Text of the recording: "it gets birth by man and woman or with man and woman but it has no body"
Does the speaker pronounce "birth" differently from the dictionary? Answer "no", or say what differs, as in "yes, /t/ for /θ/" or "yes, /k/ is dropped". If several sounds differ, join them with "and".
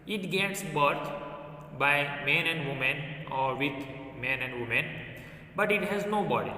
yes, /t/ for /θ/